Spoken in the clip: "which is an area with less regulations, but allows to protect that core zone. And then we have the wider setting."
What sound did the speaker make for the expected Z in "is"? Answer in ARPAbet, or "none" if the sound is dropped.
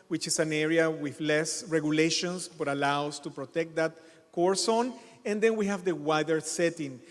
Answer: S